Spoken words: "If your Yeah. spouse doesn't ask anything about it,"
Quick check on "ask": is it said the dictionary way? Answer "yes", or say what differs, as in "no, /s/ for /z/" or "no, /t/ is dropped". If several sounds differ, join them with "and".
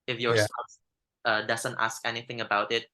yes